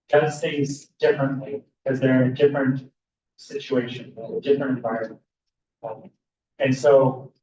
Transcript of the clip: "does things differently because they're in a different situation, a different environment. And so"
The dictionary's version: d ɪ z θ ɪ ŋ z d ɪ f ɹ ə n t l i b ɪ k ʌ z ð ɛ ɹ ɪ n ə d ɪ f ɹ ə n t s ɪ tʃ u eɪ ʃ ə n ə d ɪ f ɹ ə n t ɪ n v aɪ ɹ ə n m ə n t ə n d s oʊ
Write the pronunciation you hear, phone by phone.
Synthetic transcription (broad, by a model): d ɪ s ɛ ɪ z d ɪ f ɹ ə n t l i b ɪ k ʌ z ð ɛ ɹ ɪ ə d ɪ f ɹ ə n t s ɪ tʃ u eɪ ʃ ə n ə d ɪ f ɹ ə n t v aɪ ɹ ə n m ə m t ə n s oʊ